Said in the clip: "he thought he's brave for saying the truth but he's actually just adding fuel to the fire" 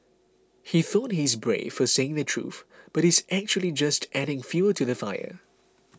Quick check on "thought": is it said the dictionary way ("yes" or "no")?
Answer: yes